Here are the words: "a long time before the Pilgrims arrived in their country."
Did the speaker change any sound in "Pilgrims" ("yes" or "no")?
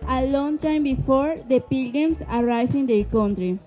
yes